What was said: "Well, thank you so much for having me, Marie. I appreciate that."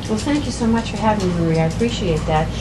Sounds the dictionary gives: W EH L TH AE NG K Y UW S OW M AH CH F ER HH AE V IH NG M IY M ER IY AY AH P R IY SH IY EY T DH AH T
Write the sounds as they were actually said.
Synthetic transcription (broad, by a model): W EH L TH AE NG K Y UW S OW M AH CH F ER HH AE V IH NG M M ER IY AY AH P R IY SH IY EY T DH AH T